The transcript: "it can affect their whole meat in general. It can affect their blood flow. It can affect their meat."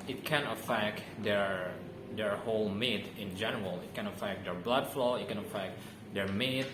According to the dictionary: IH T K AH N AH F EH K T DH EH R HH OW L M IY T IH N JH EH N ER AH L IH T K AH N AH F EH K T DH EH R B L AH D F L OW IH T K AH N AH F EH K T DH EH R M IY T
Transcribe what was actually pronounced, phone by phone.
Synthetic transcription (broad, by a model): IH T K AH N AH F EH K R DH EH R HH OW L M IY T IH N JH EH N ER AH L IH T K AH N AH F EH K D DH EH R B L AH D F L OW IH T K AH N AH F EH K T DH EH R M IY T